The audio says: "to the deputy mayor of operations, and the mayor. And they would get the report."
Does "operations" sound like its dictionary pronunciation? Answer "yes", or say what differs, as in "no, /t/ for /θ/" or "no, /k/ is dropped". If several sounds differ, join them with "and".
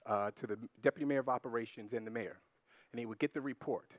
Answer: yes